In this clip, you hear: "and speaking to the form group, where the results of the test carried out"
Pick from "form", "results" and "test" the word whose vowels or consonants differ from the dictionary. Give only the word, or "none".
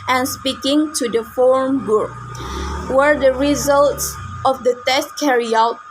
none